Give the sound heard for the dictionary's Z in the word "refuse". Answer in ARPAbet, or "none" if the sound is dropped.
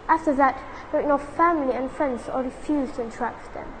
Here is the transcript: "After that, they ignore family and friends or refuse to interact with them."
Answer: Z